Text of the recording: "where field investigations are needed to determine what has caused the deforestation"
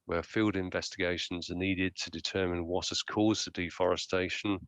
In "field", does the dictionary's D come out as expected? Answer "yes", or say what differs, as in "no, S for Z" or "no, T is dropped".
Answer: yes